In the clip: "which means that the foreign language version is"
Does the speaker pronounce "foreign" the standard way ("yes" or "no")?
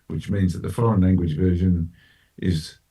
no